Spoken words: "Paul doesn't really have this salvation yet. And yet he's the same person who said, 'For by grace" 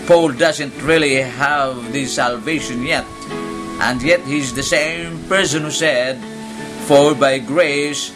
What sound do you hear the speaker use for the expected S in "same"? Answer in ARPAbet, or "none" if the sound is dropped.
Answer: S